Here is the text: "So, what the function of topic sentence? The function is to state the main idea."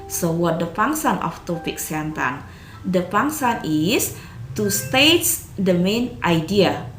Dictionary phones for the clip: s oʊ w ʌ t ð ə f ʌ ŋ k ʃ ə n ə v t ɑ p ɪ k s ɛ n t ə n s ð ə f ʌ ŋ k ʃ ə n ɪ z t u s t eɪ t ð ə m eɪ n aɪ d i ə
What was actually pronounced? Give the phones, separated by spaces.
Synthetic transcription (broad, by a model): s oʊ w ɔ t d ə p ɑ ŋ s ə n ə f t ɑ p ɪ k s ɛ n t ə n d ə p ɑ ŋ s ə n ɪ s t u s t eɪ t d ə m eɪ n aɪ d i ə